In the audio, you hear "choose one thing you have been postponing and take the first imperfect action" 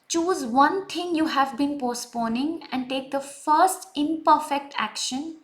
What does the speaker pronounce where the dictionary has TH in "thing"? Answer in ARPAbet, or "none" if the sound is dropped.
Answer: T